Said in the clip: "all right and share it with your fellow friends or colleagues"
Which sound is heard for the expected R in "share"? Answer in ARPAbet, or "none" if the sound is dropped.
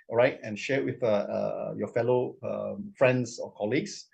W